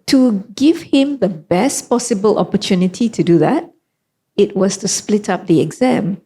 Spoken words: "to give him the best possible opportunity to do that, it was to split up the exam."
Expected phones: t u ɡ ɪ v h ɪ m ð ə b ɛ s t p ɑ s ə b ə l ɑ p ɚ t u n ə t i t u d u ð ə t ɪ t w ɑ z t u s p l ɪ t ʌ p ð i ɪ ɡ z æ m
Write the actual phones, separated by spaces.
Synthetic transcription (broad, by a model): t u ɡ ɪ v h ɪ m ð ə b ɛ s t p ɑ s ə b ə l ɑ p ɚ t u n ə t i t u d u ð ə t ɪ t w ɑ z t u s p l ɪ t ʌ p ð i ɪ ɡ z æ m